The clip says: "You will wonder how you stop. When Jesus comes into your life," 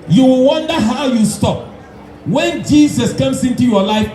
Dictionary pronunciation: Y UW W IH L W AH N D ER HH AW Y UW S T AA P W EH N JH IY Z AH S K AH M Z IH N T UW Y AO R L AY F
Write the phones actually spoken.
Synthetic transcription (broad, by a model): Y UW W IH L W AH N D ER HH AW Y UW S T AA P W EH N JH IY S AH S K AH M S IH N T UW Y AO L AY F